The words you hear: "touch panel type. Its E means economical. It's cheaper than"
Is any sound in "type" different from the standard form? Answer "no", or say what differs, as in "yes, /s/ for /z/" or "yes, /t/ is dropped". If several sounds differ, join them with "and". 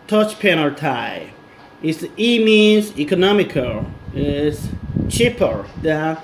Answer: yes, /p/ is dropped